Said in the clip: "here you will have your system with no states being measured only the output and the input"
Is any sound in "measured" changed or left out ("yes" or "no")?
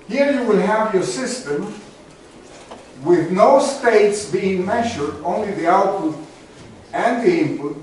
no